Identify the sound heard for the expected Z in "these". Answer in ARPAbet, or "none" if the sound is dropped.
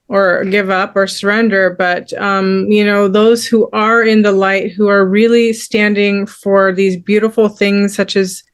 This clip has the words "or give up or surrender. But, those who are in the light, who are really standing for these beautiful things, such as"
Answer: Z